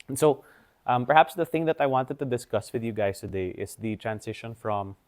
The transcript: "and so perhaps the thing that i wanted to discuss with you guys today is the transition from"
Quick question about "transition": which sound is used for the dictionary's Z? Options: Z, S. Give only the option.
S